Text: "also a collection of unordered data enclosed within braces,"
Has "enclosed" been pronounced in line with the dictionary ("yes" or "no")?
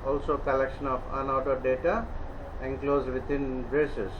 yes